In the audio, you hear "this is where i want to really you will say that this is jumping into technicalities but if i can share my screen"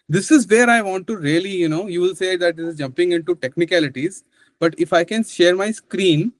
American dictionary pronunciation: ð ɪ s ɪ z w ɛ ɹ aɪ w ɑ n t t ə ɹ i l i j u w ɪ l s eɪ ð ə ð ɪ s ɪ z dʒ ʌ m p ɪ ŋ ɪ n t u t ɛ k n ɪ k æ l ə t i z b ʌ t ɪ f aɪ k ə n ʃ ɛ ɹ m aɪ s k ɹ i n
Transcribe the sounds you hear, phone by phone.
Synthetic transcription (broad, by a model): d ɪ s ɪ z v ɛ ɹ aɪ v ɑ n t t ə l i n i j u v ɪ l s eɪ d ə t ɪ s ɪ z dʒ ʌ m p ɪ ŋ ɪ n t u t ɛ k n ɪ k æ l ə t i z b ʌ t ɪ f aɪ k ə n ʃ ɛ ɹ m aɪ s k ɹ i n